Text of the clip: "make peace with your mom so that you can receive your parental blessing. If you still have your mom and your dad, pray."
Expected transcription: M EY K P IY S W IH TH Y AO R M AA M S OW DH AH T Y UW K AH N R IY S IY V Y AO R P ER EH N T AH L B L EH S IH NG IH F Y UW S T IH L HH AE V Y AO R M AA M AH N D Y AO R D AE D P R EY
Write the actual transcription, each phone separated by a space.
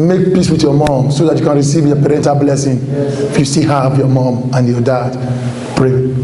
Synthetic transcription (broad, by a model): M EY K P IY S W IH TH Y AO M AA M S OW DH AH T Y UW K AH N R IY S IY V Y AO P ER EH N T AH L B L EH S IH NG IH F Y UW S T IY HH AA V Y AO M AA M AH N Y AO D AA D P R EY